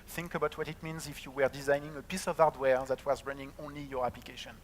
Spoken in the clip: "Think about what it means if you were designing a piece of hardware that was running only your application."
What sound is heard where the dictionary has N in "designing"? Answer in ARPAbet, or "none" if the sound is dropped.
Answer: N